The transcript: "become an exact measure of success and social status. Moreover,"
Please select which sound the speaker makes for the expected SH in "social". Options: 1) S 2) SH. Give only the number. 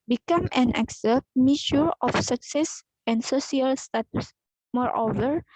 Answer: 1